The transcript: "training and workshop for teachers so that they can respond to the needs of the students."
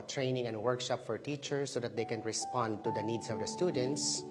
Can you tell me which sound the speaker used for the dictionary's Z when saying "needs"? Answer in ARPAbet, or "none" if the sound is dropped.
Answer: S